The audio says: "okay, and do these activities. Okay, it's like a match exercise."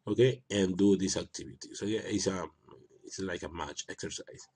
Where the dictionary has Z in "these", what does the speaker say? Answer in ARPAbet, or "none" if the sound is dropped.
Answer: S